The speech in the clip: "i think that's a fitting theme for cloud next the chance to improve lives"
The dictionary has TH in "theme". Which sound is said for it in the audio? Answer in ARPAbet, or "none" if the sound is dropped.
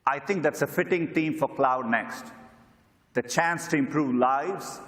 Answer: T